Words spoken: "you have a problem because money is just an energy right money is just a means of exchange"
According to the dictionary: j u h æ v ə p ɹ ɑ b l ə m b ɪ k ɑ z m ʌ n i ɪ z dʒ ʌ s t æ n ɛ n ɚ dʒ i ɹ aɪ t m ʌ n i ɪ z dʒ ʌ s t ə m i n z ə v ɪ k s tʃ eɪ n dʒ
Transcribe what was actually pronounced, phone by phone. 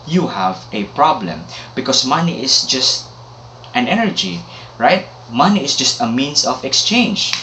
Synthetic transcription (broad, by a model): j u h æ v ə p ɹ ɑ b l ə m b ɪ k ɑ s m ʌ n i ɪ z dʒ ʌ s t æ n ɛ n ɚ dʒ i ɹ aɪ t m ʌ n i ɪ s dʒ ʌ s t ə m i n s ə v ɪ k s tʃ eɪ n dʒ